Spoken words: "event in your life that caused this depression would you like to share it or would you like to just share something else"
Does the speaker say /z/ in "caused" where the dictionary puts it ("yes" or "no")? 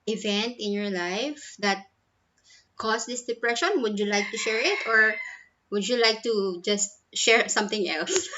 no